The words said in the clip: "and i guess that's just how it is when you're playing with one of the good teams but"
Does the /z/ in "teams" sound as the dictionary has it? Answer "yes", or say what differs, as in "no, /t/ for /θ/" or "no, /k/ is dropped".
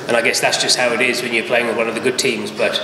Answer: yes